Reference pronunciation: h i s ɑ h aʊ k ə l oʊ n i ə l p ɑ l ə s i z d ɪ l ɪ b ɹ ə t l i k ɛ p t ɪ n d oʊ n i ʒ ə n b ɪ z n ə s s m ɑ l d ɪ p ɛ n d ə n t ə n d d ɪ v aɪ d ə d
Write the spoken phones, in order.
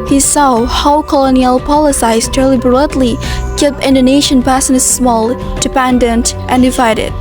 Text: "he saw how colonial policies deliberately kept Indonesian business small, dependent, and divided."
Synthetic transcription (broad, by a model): h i s ɑ h aʊ k ə l oʊ n i ə l p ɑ l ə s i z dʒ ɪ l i b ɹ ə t l i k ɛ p ɪ n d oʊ n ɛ ʃ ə n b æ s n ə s s m ɑ l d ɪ p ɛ n d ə n t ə n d d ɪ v aɪ d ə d